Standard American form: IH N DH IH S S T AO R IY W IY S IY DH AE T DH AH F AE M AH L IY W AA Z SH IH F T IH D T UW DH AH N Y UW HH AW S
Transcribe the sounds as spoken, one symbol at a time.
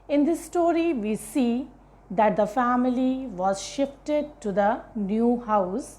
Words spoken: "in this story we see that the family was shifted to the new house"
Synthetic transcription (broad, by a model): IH N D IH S S T AO R IY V IY S IY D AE T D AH F AE M AH L IY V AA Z SH IH F T IH D T UW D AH N Y UW HH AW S